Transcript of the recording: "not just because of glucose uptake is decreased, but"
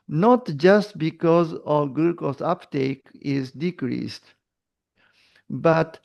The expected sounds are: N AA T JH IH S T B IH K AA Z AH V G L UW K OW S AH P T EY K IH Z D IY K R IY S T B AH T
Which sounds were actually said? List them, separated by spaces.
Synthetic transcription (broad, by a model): N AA T JH IH S T B IH K AA Z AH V G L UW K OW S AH P T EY K IH Z D IY K R IY S T B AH T